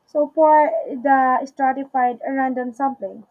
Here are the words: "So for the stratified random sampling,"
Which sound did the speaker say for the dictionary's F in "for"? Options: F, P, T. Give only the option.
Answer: P